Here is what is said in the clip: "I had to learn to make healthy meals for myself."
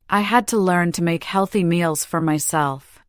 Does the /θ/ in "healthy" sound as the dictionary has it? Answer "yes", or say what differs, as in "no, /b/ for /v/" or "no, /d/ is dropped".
yes